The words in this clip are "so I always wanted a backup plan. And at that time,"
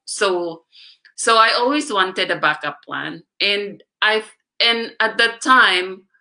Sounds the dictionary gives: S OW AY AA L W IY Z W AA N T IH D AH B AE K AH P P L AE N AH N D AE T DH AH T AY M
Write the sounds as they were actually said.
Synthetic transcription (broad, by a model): S OW AY AA L W IY Z W AA N T IH D AH B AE K AH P P L AE N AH N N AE T DH AH T AY M